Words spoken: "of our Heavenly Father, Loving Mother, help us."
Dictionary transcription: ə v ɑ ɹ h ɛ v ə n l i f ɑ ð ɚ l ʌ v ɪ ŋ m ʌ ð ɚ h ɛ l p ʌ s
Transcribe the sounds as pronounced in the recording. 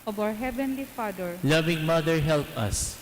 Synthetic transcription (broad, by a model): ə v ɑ w h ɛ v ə n l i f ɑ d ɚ l ʌ v ɪ ŋ m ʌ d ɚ h ɛ l p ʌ s